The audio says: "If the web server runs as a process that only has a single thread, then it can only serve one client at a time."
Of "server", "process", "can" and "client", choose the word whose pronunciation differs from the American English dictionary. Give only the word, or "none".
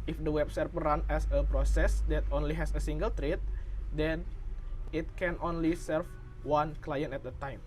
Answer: server